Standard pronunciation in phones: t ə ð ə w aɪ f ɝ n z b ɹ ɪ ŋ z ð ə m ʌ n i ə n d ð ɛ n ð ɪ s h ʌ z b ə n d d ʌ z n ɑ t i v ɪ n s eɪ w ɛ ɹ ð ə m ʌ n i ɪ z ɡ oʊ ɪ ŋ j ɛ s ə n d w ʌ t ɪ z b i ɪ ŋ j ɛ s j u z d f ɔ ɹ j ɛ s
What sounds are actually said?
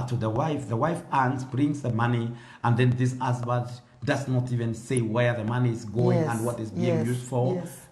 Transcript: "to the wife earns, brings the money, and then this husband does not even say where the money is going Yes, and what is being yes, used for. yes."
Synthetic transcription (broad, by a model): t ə ð ə w aɪ f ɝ n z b ɹ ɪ ŋ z ð ə m ʌ n i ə n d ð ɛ n ð ɪ s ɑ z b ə d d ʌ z n ɑ t i v ɪ n s eɪ w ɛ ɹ ð ə m ʌ n i ɪ z ɡ oʊ ɪ ŋ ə n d w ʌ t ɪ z b i ɪ ŋ j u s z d f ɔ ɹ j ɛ